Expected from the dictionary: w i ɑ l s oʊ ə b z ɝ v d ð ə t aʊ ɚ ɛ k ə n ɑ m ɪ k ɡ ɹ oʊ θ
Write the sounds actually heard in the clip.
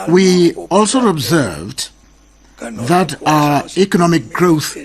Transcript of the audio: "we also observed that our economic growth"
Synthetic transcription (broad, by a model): w i ɑ l s oʊ ə b z ɝ v d ð ə t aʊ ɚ ɛ k ə n ɑ m ɪ k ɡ ɹ oʊ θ